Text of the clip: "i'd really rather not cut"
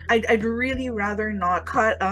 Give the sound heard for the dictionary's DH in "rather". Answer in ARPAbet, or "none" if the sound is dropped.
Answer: DH